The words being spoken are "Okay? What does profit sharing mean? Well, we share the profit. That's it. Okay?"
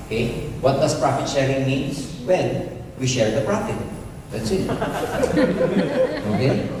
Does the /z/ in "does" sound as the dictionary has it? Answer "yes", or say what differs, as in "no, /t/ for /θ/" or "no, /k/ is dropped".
no, /s/ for /z/